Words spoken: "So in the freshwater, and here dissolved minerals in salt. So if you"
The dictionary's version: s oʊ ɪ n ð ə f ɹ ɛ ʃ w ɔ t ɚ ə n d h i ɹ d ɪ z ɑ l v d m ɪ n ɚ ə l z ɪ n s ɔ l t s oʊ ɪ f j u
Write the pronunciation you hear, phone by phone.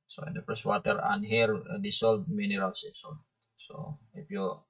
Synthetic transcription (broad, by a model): s oʊ ɪ n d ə p ɹ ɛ s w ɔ t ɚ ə n h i ɹ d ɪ s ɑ l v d m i n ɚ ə l s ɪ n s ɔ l s oʊ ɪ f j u